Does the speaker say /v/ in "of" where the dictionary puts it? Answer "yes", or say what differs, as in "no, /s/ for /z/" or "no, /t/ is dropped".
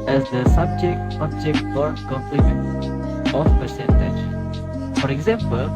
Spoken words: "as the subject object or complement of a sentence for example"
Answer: no, /p/ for /v/